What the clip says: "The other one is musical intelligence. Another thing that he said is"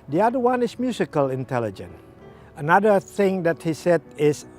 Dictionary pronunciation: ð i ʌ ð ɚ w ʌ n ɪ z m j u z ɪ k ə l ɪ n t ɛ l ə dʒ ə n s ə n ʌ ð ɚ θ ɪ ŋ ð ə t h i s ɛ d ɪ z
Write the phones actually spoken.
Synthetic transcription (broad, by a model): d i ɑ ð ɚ w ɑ n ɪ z m j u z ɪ k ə l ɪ n t ɛ l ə dʒ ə n ə n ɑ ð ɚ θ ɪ ŋ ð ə t h i s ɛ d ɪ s